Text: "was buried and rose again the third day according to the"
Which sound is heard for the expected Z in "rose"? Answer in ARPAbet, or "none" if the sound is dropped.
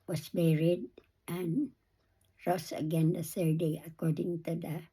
S